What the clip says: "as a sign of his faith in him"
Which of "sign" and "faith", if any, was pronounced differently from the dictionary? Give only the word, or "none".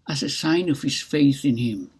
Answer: none